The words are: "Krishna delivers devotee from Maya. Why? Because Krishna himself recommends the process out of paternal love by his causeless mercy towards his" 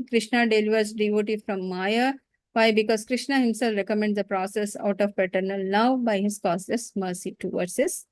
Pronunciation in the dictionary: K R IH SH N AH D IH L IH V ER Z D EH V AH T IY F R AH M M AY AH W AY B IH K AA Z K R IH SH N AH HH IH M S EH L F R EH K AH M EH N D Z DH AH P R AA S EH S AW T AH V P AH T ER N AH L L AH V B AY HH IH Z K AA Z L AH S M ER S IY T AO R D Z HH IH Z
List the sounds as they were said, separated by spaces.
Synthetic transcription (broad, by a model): K R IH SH N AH D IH L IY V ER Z D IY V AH T IY F R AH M M AY AH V AY B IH K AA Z K R IH SH N AH HH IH M S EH L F R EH K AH M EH N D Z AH P R AA S EH S AW T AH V P AH T ER N AH L N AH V B AY HH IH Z K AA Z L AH S M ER S IY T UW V D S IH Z